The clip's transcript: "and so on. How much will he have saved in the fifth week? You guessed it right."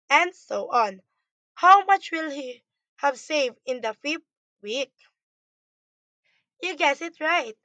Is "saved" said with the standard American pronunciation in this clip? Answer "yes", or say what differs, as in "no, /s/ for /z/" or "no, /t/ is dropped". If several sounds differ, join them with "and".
yes